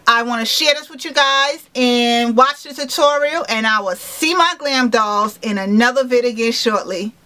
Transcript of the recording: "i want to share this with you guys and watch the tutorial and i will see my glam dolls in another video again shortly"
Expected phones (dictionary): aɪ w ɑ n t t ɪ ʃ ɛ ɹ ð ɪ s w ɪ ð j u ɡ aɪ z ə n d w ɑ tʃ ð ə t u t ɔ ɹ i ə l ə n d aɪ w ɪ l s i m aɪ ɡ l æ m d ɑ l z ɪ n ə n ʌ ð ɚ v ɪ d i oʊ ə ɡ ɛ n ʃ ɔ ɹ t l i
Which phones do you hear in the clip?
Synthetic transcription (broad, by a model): aɪ w ɑ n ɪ ʃ ɛ ɹ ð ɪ s w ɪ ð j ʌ ɡ aɪ z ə n w ɑ tʃ ð ə t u t ɔ ɹ i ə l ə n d aɪ w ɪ l s i m aɪ ɡ l æ m d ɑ z ɪ n ə n ʌ ð ɚ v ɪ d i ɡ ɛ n ʃ ɔ ɹ t l i